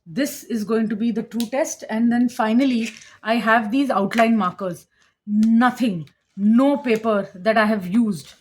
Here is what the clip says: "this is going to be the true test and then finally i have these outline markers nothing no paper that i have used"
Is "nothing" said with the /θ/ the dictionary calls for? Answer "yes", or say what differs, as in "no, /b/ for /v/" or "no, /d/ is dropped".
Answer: no, /t/ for /θ/